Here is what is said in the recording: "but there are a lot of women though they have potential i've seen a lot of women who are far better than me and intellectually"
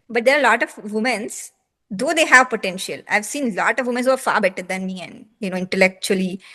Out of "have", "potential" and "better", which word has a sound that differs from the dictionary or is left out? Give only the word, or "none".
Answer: none